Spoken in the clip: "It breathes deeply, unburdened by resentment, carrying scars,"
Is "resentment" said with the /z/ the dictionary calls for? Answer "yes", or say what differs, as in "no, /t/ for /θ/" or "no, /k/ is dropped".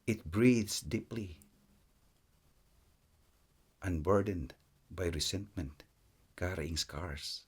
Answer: no, /s/ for /z/